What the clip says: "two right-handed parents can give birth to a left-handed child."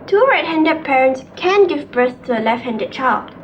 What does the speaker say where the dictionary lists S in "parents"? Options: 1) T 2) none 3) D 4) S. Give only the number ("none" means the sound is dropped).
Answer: 4